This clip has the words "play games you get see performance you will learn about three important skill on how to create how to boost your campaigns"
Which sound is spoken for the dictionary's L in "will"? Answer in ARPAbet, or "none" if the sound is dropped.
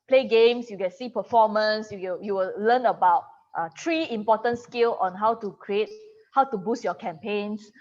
W